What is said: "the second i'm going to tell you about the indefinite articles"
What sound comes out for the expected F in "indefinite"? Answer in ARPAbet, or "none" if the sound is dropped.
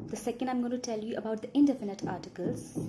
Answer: F